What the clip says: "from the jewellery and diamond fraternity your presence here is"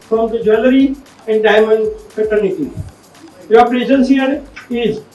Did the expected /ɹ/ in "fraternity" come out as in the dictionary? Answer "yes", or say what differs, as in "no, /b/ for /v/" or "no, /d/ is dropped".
no, /ɹ/ is dropped